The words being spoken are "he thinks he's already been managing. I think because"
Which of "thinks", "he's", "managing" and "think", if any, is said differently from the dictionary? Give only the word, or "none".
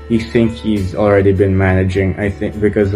thinks